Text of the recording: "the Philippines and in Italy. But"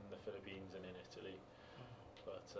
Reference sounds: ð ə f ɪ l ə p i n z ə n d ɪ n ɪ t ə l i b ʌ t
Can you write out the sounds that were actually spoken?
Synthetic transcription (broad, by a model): ð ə f ɪ l ə p i n z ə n ɪ n ɪ t ə l i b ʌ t